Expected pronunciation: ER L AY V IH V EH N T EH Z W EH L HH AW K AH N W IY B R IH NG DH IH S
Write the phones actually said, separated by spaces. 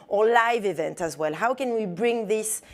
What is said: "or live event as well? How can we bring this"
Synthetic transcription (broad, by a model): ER L AY V IH V EH N T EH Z W EH L HH AW K AH N W IY B R IH NG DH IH S